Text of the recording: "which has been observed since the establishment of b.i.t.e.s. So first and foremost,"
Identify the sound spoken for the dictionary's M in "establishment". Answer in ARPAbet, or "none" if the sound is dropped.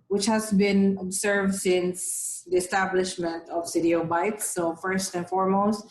M